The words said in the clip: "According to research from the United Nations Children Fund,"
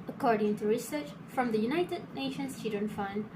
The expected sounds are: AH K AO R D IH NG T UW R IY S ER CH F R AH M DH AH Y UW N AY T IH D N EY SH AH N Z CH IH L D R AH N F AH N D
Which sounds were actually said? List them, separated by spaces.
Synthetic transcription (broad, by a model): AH K AO R D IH NG T UW R IY S ER CH F R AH M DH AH Y UW N AY T IH D N EY SH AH N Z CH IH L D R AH N F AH N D